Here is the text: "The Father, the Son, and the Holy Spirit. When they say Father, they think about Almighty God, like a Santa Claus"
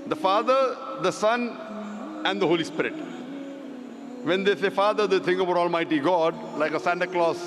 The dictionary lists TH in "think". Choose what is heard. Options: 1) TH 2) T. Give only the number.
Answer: 2